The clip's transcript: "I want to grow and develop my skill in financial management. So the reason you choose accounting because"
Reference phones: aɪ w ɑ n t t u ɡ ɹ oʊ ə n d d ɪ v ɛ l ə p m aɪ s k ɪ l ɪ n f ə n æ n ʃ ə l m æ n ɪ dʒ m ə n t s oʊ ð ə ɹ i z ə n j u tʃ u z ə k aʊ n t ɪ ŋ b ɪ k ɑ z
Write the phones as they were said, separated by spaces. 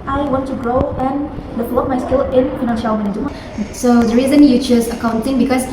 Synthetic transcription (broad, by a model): aɪ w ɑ n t t u ɡ ɹ oʊ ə n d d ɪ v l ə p m aɪ s k ɪ l ɪ n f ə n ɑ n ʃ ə w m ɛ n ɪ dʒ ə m s oʊ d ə ɹ i z ə n j u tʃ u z ə k aʊ n t ɪ ŋ b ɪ k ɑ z